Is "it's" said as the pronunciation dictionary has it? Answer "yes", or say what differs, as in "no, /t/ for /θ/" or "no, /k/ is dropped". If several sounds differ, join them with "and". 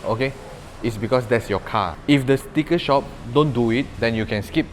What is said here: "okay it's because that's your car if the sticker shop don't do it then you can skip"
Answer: yes